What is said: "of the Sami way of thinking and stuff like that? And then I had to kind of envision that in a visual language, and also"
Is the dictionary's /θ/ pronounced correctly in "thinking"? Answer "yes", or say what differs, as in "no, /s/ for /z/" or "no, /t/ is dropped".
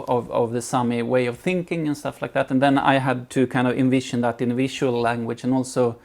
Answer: yes